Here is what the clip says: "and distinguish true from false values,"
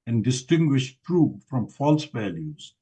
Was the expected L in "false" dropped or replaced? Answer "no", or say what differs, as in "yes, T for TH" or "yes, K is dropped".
no